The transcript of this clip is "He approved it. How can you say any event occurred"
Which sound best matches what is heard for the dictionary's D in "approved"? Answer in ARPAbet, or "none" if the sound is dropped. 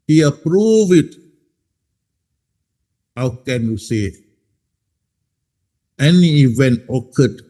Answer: none